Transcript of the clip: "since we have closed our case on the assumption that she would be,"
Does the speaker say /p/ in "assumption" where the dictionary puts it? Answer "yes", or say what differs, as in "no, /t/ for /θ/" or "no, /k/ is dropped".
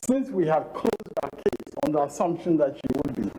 yes